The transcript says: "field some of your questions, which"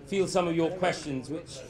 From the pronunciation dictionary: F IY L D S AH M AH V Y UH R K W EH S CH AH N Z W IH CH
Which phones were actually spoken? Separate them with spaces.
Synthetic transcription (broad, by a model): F IY L S AH M AH V Y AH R K W EH S CH AH N Z W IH CH